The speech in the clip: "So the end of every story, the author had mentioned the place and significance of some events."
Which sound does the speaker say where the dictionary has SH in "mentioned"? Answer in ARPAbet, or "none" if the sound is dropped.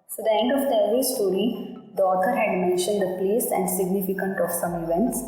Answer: SH